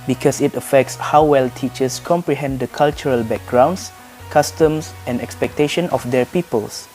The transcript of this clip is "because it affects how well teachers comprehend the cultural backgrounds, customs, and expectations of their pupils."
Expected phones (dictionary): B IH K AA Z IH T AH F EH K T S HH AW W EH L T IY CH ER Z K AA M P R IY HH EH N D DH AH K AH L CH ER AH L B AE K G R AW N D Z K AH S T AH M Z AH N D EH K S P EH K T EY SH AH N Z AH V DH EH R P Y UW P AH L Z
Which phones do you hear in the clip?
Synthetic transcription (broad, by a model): B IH K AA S IH T AH F EH K T S HH AW W EH L T IY CH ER S K AA M P R IY HH EH N D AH K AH L CH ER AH L B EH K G R AW N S K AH S T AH M S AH N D EH K S P EH K T EY SH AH N AH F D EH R P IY P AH L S